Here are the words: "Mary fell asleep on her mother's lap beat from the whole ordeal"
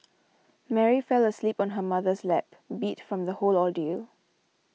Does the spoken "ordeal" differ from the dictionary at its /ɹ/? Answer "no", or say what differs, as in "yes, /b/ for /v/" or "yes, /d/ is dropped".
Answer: yes, /l/ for /ɹ/